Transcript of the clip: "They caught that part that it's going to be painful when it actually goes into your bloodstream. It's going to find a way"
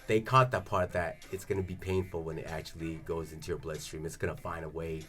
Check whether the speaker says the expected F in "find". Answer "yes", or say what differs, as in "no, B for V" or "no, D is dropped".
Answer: yes